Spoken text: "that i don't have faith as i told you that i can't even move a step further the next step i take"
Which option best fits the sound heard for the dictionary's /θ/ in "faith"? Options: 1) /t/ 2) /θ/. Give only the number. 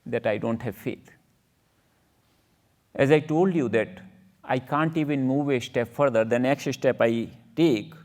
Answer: 1